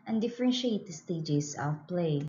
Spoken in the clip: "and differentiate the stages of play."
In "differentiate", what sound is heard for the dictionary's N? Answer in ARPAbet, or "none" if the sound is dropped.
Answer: N